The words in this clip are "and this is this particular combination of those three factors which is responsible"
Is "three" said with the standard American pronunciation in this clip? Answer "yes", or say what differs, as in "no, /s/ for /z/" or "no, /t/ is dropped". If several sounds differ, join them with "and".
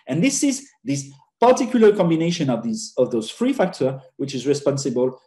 no, /f/ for /θ/